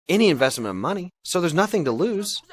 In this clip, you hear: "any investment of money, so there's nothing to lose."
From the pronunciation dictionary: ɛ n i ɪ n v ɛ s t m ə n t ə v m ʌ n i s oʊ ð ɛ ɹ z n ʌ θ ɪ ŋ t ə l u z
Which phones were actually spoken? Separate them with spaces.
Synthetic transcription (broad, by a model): ɛ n i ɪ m v ɛ s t m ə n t ə v m ʌ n i s oʊ ð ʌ ɹ z n ʌ θ ɪ ŋ t ə l u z